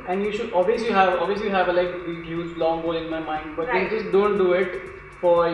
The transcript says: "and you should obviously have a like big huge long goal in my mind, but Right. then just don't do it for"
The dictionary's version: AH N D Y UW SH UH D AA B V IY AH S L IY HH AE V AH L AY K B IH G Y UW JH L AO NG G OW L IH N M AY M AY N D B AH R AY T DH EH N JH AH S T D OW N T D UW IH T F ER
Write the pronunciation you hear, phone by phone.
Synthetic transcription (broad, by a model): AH N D Y UW SH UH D AA B V IY AH S L IY HH AE V AH L AY K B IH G Y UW Z L AO NG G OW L IH N M AY M AY N D B AH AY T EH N JH AH S T D OW N T D UW IH T F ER